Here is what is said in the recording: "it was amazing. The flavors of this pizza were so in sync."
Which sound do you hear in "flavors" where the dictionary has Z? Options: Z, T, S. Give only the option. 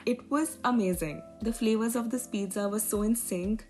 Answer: Z